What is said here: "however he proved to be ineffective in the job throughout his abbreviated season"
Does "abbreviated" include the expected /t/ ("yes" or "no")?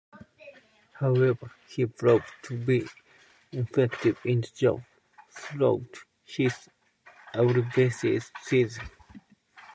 no